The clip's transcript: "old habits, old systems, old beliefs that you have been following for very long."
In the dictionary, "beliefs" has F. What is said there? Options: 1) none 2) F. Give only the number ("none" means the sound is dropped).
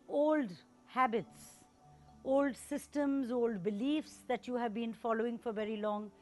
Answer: 2